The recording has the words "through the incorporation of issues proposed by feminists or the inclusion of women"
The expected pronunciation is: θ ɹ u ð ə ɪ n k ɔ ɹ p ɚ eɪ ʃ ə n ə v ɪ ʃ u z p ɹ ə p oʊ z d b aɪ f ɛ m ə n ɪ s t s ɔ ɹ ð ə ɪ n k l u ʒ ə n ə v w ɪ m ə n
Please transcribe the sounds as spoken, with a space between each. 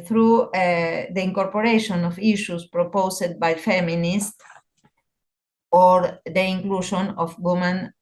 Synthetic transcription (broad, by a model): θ ɹ u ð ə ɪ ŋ k ɔ ɹ p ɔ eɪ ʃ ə n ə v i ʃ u s p ɹ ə p oʊ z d b aɪ f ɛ m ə n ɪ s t ɔ ɹ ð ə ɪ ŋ k l u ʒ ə n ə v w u m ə n